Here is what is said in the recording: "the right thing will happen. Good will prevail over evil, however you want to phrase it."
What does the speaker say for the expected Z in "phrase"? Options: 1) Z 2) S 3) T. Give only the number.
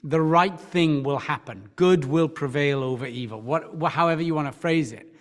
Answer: 1